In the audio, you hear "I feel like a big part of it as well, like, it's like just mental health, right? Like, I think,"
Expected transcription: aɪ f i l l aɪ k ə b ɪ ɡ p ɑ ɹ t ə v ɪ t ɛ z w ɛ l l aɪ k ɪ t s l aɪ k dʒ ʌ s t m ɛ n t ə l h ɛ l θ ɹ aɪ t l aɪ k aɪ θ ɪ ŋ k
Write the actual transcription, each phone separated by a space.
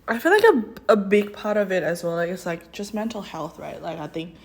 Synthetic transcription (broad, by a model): aɪ f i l l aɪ k ə b ɪ ɡ p ɑ ɹ t ə v ɪ t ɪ z w ɛ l l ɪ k ɪ t s l aɪ k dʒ ʌ s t m ɛ n t l h ɛ l θ ɹ aɪ t l aɪ k aɪ θ ɪ ŋ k